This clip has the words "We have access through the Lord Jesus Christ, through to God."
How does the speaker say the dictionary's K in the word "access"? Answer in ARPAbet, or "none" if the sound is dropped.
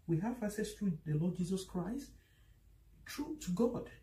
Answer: none